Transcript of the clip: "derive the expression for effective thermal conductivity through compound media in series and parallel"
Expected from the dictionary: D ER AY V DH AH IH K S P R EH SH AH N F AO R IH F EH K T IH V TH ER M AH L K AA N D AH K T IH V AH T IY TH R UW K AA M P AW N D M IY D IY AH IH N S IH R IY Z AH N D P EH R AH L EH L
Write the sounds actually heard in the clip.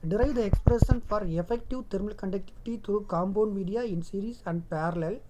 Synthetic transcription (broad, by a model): D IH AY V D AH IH K S P R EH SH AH N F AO R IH F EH K T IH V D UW M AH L K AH N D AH K T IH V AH T IY T R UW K AA M B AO N M IY D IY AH IH N S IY R IY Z AH N D P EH R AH L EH L